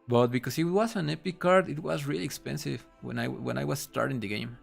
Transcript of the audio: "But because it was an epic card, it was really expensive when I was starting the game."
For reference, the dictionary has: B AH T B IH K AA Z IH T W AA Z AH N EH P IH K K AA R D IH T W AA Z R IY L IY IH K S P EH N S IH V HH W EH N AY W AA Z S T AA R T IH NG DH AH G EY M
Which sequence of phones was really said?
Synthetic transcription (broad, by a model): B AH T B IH K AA S IH T W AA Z AH N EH P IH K K AA R D IH T W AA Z R IY L IY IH K S P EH N S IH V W W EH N AY W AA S S T AA R T IH NG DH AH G EY M